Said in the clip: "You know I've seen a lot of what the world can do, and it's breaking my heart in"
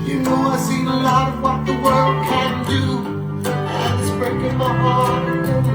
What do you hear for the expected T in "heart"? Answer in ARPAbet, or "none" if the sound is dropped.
none